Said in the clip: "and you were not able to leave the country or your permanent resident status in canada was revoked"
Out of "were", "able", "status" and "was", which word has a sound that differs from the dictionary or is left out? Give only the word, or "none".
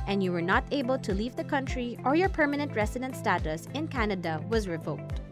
none